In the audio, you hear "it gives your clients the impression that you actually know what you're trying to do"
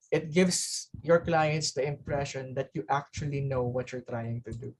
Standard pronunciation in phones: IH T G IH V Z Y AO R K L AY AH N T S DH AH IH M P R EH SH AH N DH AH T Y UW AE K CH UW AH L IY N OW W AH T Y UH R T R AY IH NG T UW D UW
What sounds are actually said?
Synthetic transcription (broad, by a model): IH T G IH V S Y AO R K L AY AH N T S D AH IH M P R EH SH AH N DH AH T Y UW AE K CH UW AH L IY N OW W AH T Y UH R T R AY IH NG T UW D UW